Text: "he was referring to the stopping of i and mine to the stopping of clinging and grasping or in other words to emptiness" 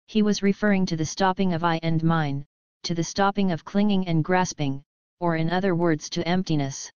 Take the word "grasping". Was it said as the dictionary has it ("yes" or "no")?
yes